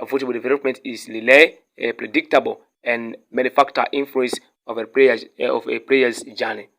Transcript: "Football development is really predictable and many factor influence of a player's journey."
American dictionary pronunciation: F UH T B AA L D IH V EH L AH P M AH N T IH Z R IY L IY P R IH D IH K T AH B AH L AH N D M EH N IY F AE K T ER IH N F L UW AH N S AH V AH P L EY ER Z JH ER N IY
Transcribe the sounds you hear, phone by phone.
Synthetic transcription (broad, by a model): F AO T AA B D IH V EH L AH P M AH N T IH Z L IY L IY P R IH D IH K T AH B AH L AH N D M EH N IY F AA K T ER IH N F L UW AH N S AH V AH P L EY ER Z JH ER N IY